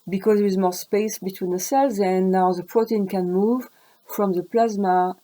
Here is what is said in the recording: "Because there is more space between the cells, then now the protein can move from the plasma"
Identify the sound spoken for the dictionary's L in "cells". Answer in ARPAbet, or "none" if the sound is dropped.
L